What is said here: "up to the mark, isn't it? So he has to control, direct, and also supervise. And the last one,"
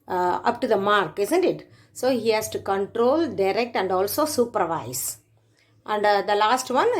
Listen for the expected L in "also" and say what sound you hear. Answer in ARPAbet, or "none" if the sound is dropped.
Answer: L